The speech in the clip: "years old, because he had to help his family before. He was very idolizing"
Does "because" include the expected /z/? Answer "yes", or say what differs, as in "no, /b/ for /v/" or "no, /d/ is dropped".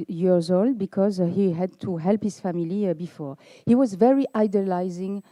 yes